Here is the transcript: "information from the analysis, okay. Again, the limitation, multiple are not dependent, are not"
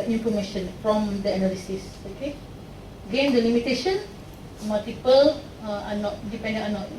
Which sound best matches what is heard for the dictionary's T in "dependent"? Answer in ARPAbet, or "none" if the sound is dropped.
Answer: none